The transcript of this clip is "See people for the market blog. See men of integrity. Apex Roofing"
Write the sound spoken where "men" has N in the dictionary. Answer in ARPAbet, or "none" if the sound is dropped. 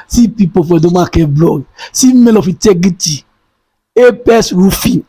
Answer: L